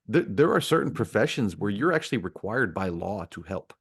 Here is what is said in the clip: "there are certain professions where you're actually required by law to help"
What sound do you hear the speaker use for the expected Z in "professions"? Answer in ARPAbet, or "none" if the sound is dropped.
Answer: Z